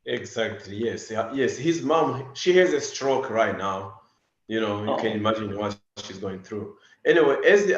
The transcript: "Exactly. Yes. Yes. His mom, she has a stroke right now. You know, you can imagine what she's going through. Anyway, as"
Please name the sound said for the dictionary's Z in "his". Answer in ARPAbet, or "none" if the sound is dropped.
Z